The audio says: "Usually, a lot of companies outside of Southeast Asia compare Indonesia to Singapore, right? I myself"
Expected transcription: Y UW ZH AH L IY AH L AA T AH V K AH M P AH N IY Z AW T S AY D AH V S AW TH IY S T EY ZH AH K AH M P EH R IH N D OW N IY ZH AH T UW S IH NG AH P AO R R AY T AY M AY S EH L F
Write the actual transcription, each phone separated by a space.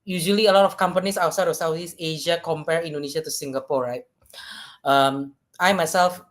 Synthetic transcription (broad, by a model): Y UW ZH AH L IY AH L AA T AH F K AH M P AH N IY S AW S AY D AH S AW T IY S EY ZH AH K AH M P EH R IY N D OW N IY SH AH T UW S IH NG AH P AO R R AY T AY M AY S EH L F